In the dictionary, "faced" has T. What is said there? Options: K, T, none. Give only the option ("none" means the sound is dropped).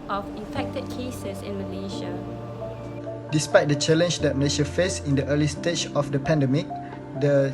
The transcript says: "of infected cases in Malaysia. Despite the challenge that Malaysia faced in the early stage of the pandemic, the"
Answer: none